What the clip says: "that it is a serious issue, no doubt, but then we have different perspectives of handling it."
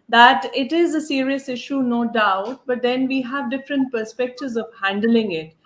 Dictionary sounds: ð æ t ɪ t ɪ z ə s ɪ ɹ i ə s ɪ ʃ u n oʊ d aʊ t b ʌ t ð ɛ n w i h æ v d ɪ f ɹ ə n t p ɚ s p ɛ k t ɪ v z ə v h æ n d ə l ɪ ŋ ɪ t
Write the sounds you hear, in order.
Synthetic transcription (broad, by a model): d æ t ɪ t ɪ z ə s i ɹ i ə s ɪ ʃ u n oʊ d aʊ t b ʌ t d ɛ n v i h æ v d ɪ f ɹ ə n t p ɚ s p ɛ k t ɪ v z ə v h æ n d ə l ɪ ŋ ɪ t